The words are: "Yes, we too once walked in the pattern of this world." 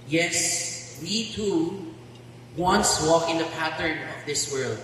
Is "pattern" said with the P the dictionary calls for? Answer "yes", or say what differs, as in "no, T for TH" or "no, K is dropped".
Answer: yes